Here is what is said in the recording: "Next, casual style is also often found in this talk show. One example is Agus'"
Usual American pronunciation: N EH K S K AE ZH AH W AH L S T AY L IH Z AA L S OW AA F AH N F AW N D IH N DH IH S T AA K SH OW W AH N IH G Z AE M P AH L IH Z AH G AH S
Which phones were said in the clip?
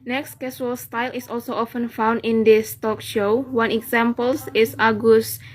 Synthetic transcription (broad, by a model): N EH K S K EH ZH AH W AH L S T AY L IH S AA L S OW AA F AH N F AW N D IH N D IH S T AA K SH OW W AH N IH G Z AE M P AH L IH S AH G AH S